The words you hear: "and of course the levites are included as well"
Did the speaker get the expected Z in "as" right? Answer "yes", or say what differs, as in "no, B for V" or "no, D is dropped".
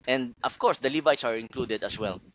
no, S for Z